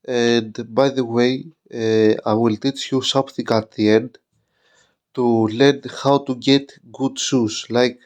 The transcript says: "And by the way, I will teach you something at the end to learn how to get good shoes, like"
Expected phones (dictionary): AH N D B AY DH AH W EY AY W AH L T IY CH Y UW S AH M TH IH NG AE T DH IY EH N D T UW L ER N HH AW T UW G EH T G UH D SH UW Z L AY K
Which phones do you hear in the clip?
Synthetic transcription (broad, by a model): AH N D B AY DH AH W EY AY W AH L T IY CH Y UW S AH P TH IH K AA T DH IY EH N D T UW L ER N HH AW T UW G EH T G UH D S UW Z L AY K